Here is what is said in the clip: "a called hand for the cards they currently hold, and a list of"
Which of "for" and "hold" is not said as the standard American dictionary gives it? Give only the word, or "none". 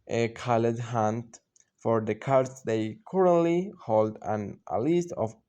none